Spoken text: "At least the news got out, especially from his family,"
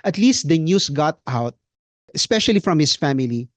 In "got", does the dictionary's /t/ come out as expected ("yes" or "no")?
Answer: yes